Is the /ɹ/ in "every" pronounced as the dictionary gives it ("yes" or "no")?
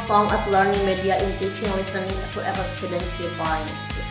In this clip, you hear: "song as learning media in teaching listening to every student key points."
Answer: no